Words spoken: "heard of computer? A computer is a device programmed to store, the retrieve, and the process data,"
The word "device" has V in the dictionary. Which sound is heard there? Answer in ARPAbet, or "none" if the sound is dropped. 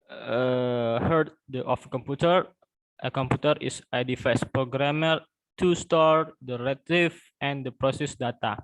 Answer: F